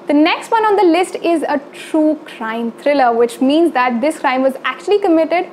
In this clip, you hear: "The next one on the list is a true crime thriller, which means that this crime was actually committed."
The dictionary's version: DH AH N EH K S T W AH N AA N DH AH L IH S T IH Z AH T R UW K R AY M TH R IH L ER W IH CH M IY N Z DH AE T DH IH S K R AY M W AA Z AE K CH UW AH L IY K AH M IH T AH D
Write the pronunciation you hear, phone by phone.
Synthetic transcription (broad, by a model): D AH N EH K S T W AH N AA N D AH L IH S T IH Z AH T R UW K R AY M T R IH L ER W IH CH M IY N Z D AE T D IH S K R AY M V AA Z AE K CH UW AH L IY K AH M IH T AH D